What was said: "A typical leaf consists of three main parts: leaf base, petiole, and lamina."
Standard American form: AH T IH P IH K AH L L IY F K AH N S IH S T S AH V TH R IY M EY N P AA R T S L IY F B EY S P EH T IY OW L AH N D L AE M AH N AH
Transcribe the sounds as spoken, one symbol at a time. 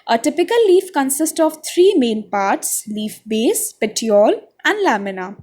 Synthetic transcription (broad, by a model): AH T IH P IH K AH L L IY F K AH N S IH S T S AH V T R IY M EY N P AA R T S L IY F B EY S P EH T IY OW L AH N D L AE M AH N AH